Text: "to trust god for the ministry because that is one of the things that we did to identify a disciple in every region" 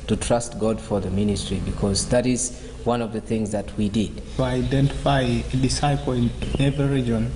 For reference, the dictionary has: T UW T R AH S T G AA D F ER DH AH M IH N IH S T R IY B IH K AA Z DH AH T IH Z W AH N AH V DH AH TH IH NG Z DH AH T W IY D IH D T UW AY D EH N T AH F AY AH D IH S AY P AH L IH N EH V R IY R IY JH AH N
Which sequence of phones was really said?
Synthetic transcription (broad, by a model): T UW T R AH S T G AA D F ER DH AH M IH N IH S T R IY B IH K AA Z DH AH T IH Z W AH N AH V DH AH TH IH NG Z DH AH T W IY D IH D T UW AY D EH N T AH F AY AH D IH S AY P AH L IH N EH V IY R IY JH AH N